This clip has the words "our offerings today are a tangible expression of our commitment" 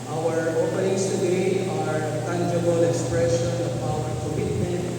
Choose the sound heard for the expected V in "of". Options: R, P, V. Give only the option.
P